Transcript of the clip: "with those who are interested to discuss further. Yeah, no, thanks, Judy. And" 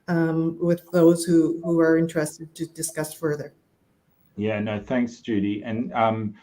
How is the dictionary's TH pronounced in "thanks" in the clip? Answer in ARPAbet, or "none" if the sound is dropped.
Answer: TH